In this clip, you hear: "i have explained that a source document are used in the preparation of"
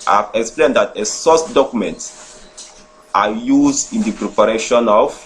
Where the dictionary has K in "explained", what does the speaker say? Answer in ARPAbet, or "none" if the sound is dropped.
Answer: K